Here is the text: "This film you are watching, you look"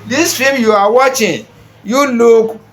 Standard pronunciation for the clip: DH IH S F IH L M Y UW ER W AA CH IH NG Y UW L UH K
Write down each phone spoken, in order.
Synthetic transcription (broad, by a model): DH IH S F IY M Y UW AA W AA CH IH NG Y UW L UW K